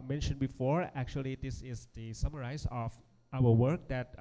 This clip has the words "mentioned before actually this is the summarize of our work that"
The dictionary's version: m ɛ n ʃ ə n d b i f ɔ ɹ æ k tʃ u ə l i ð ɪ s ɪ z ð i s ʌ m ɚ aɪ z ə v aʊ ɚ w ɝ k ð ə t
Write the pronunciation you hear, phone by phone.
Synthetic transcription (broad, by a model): m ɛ n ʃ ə n b i f ɔ ɹ æ k tʃ u ə l i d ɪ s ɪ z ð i s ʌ m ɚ aɪ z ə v aʊ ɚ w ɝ k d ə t